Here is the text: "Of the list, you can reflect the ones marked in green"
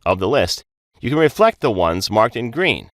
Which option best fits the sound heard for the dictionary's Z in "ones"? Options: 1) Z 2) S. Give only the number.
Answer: 1